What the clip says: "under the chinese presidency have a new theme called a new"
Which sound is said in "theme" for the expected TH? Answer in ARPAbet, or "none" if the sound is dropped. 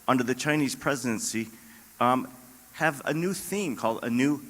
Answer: TH